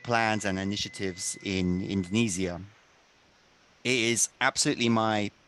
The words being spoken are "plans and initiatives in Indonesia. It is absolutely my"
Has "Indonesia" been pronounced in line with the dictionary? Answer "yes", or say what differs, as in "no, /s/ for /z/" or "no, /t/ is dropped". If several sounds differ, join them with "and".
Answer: no, /z/ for /ʒ/